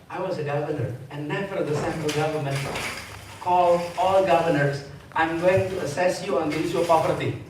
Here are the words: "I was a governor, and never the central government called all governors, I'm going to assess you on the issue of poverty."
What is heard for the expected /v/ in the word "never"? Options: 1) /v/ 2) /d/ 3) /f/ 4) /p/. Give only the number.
3